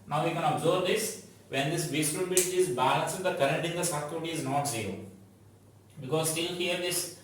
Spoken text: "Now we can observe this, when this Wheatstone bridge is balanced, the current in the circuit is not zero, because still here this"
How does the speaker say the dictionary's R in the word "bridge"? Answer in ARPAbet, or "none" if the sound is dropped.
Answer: none